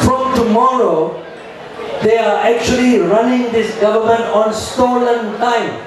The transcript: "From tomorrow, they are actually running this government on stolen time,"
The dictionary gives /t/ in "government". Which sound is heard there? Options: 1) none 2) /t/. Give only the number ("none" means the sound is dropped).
2